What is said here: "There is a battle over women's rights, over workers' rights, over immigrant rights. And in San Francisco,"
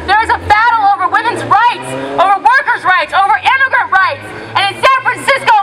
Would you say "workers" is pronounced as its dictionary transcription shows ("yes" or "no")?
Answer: yes